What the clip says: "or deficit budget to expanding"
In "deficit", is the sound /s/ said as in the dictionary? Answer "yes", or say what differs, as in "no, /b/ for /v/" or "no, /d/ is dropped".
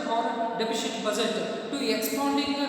no, /ʃ/ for /s/